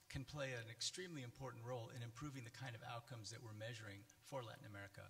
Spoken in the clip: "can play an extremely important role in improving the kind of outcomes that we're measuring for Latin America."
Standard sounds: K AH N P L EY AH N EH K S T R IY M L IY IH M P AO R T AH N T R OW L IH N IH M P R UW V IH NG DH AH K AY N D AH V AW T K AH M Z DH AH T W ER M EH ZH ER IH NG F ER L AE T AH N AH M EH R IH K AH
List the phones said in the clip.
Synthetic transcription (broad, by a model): K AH N P L EY AH N EH K S T R IY M L IY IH M P AO R T N T R OW L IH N IH M P R UW V IH NG DH AH K AY N D AH V AW T K AH M Z DH AH T W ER M EH ZH ER IH NG F ER L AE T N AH M EH R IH K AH